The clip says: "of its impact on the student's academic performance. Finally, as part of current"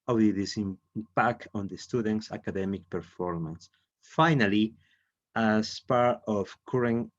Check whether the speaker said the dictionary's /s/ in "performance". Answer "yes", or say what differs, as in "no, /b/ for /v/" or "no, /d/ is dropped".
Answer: yes